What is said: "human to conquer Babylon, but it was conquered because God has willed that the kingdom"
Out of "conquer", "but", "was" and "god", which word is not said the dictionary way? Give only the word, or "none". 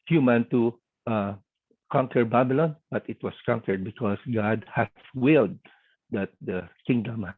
was